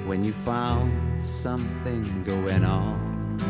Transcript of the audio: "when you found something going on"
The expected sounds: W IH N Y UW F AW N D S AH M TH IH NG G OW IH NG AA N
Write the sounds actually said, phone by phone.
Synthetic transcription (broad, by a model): W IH N Y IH F AW N D S AH M TH IH NG G OW IH NG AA N